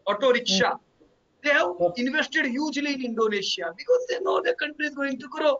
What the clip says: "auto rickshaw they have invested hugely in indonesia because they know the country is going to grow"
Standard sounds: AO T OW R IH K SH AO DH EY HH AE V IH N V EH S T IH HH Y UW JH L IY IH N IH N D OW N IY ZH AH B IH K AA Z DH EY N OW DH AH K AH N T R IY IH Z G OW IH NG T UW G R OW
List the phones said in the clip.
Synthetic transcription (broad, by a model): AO T OW R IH K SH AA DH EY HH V IH N V EH S T IH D Y UW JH L IY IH N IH N D OW N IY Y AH B IH K AA Z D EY N OW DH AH K AH N T R IY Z G OW IH NG T UW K R OW